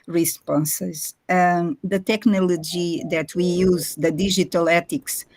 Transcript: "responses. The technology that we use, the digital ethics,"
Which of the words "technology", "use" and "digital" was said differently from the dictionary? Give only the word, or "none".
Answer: digital